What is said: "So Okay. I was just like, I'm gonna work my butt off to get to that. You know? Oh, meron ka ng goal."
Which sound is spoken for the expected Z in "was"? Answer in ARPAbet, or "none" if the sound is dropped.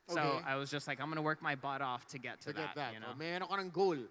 Z